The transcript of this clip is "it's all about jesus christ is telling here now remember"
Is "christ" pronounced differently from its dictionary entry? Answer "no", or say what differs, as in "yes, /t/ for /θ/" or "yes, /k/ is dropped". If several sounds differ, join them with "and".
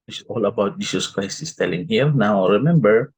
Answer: yes, /t/ is dropped